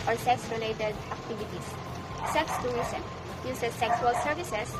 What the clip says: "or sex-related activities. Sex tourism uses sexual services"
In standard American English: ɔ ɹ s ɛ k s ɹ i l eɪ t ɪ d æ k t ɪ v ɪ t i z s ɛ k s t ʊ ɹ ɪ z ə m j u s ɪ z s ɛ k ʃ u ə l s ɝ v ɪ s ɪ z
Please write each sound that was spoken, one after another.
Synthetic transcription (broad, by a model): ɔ ɹ s ɛ k s ɹ i l eɪ t ɪ d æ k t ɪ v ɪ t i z s ɛ k s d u ɛ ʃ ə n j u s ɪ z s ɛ k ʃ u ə l s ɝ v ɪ s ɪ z